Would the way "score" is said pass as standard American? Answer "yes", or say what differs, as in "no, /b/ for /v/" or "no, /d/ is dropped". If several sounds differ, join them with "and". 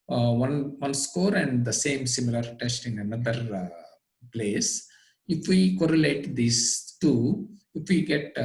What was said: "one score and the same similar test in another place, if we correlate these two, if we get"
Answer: yes